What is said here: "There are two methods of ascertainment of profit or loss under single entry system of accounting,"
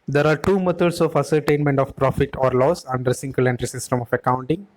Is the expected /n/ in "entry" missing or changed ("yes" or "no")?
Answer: no